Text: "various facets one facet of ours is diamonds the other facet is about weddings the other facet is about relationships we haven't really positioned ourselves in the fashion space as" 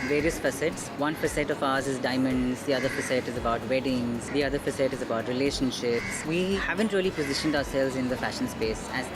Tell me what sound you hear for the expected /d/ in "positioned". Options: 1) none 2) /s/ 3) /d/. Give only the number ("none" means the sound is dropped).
3